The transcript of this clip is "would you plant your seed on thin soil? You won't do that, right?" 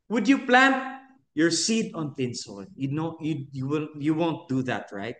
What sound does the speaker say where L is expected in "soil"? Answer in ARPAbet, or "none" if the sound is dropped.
W